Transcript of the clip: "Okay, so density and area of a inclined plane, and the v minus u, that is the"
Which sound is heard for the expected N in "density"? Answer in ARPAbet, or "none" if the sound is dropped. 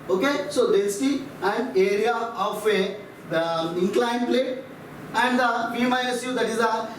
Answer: none